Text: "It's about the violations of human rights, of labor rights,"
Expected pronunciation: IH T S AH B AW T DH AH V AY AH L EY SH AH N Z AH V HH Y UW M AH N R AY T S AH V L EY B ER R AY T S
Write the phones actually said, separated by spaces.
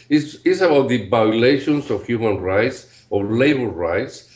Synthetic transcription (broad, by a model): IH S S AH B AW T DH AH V AY L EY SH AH N S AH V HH Y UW M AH N R AY T S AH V L EY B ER R AY T S